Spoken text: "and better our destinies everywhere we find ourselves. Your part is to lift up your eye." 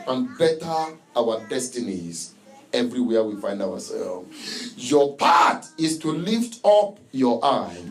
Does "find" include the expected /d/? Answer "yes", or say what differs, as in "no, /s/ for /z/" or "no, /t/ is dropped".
yes